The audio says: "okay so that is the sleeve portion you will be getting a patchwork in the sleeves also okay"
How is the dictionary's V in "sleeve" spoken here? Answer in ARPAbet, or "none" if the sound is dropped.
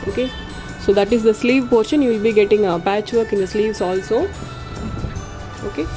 V